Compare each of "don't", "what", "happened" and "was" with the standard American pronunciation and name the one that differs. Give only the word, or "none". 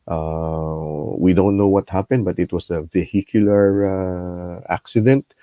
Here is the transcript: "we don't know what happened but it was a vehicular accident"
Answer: was